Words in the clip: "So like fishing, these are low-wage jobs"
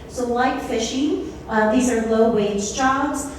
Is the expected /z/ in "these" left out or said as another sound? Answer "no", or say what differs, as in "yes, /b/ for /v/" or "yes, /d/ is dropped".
no